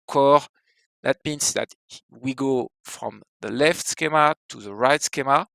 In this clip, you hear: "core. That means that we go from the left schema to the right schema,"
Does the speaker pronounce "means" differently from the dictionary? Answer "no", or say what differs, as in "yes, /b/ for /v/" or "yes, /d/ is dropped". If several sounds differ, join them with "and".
yes, /s/ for /z/